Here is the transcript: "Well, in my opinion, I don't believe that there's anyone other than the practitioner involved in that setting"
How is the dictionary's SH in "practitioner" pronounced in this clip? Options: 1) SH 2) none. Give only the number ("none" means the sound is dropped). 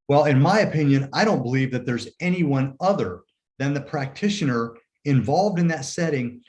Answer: 1